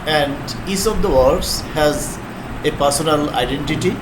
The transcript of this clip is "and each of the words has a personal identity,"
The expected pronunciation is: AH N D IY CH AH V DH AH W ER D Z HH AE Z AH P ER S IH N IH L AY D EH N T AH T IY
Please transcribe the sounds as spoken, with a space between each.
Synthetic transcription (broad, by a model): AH N D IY S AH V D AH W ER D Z HH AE Z AH P ER S IH N IH L AY D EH N T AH T IY